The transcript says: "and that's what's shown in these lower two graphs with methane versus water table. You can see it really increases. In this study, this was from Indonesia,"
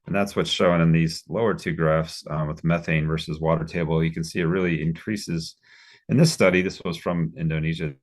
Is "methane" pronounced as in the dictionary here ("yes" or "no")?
yes